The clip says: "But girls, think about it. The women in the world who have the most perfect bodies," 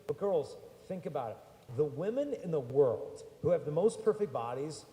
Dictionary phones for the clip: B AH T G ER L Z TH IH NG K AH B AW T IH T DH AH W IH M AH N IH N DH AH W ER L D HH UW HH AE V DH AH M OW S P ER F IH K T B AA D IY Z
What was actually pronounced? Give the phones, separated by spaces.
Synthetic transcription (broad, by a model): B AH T G ER L Z TH IH NG K AH B AW T IH T DH AH W IH M AH N IH N DH AH W ER L D HH UW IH V DH AH M OW S P ER F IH K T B AA D IY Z